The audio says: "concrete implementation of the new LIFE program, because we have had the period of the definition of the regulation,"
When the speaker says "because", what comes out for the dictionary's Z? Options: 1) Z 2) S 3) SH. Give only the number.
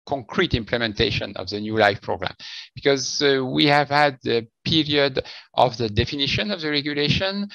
1